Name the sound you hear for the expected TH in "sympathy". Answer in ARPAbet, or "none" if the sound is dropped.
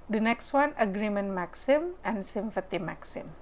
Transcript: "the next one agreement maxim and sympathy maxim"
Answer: T